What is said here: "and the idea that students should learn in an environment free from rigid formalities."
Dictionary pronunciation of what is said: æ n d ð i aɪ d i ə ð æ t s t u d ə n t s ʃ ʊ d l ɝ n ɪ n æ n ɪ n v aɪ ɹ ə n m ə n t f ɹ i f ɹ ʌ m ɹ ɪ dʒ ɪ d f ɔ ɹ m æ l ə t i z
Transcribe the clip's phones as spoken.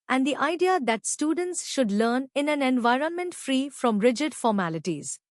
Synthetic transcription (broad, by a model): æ n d i aɪ d i ə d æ t s t u d ə n t s ʃ ʊ d l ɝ n ɪ n æ n ɪ n v aɪ ɹ ə n m ə n t f ɹ i f ɹ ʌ m ɹ ɪ dʒ ɪ d f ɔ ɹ m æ l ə t i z